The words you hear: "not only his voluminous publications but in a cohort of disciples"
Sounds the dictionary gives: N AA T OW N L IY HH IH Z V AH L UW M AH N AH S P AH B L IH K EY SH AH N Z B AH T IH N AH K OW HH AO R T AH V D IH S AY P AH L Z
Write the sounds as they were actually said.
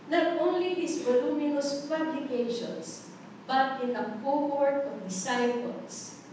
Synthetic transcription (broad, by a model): N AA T OW N L IY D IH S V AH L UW M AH N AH S P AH B L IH K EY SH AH N S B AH T IH N AH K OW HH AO R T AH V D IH S AY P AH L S